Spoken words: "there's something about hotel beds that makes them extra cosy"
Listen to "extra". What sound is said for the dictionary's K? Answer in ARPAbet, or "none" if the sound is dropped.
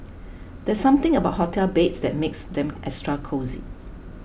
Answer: none